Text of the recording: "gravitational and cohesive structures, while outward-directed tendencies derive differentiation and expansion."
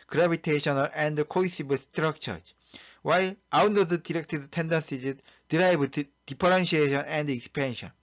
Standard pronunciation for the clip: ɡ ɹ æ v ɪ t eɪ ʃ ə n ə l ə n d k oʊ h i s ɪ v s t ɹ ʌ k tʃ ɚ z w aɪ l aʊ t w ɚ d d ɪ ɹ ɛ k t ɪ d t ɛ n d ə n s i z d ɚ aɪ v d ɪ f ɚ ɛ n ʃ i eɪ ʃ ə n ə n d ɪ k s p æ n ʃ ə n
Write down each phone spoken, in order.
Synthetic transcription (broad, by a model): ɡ ɹ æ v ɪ t eɪ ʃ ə n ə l ə n d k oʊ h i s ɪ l s t ɹ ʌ k tʃ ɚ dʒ w aɪ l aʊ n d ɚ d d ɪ ɹ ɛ k t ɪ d t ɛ n d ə n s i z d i aɪ b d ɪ p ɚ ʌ n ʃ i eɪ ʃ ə n ə n d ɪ k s p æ n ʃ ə n